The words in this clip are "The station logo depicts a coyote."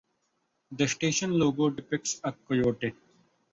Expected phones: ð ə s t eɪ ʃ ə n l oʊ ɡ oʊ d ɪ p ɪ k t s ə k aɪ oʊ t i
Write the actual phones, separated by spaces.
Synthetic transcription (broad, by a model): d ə s t eɪ ʃ ə n l oʊ ɡ oʊ d ɪ p ɪ k t s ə k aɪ oʊ t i